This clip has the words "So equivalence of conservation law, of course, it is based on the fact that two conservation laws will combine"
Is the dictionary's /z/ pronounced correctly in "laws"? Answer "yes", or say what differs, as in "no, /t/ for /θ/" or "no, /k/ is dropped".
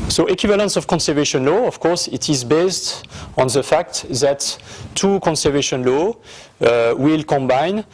no, /z/ is dropped